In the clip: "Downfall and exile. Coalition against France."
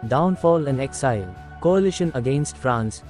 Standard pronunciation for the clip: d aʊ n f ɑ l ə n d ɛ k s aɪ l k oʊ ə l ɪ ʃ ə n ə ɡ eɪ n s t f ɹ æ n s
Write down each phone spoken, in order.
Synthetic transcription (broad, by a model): d aʊ n f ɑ l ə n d ɛ k s aɪ l k oʊ ə l ɪ ʃ ə n ə ɡ eɪ n s t f ɹ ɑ n s